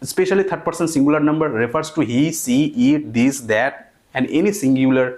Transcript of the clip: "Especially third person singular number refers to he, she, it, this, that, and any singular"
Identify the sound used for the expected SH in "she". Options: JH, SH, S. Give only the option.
S